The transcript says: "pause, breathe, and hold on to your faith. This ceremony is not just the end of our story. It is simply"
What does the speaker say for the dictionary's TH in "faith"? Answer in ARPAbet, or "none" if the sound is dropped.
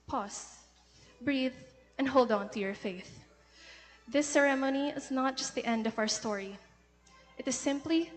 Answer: TH